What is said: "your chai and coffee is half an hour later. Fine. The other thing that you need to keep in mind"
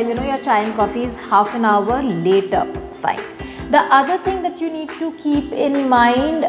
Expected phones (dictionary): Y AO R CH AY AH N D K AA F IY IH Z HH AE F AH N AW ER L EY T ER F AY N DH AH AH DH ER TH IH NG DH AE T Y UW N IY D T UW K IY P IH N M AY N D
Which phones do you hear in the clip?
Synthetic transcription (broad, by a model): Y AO R CH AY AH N K AA F IY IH Z HH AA F AH N AW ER L EY T ER F AY N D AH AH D ER T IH NG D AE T Y UW N IY D T UW K IY P IH N M AY N D